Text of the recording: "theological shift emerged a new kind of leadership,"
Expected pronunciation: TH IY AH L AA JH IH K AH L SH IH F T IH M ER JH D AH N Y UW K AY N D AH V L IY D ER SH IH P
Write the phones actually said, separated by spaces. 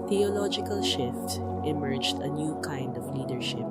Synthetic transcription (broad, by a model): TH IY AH L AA JH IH K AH L SH IH F T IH M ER JH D AH N Y UW K AY N D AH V L IY D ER SH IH P